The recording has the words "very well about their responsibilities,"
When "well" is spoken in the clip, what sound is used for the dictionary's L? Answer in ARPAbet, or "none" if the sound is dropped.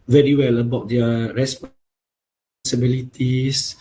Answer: L